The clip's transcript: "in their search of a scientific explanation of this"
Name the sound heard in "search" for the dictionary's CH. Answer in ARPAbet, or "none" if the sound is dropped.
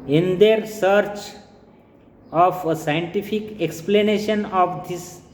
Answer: CH